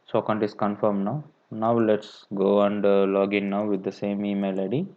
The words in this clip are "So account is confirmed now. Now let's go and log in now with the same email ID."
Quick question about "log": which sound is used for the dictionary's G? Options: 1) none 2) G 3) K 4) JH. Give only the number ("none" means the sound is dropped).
2